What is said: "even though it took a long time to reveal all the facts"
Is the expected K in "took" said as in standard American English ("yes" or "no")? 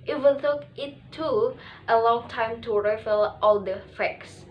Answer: no